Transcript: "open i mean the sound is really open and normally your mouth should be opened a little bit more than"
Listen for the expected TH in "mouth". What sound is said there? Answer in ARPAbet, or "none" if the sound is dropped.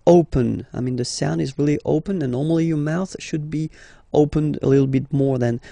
TH